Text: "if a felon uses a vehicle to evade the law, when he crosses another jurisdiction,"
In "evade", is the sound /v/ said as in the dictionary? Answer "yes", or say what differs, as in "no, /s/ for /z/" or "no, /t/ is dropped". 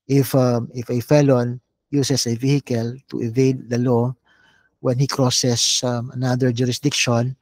yes